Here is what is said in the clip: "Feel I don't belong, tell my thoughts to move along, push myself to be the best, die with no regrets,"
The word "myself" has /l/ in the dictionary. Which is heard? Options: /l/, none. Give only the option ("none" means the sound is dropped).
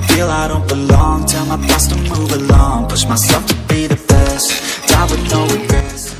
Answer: none